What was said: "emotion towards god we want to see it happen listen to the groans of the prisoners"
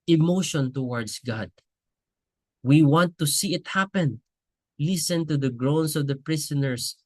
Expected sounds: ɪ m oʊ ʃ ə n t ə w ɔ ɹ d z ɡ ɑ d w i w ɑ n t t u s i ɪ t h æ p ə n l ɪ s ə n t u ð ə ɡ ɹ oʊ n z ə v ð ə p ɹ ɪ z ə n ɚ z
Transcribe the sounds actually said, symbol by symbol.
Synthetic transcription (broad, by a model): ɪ m oʊ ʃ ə n t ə w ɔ ɹ d s ɡ ɑ d w i w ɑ n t t u s i ɪ t h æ p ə n l ɪ s ə n t u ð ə ɡ ɹ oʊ n s ə v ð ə p ɹ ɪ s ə n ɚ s